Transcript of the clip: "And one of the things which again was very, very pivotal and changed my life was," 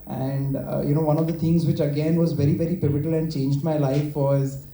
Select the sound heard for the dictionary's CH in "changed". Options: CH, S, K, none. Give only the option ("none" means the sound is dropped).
CH